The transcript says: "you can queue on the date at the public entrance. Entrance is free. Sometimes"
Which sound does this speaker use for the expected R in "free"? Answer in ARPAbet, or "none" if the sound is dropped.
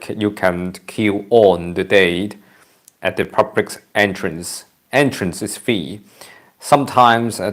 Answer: none